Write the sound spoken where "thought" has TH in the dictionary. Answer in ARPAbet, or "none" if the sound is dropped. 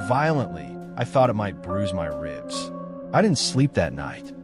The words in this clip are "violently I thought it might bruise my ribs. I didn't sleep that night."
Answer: TH